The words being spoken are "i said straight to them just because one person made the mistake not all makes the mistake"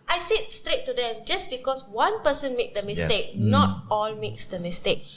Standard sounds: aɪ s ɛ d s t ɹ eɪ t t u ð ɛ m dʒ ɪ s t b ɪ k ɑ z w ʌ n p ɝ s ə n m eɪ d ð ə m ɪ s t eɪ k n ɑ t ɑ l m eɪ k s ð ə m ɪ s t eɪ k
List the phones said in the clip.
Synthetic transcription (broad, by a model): aɪ s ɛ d s t ɹ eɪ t t u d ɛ m dʒ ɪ s b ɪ k ɑ s w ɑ n p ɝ s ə n m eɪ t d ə m ɪ s t eɪ k n ɑ t ɑ l m eɪ k s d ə m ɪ s t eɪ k